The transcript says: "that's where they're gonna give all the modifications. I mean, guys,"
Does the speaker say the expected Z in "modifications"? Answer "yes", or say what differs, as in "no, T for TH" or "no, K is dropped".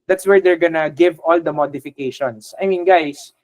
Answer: no, S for Z